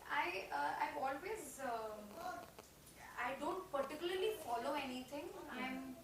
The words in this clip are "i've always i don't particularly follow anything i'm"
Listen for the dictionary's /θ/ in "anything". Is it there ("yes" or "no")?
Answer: no